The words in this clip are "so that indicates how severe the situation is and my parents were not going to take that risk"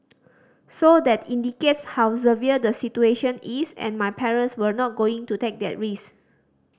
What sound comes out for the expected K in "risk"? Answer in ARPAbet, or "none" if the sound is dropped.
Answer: none